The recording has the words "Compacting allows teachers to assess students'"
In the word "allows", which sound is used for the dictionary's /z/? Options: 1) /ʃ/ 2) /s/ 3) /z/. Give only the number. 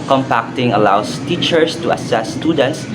2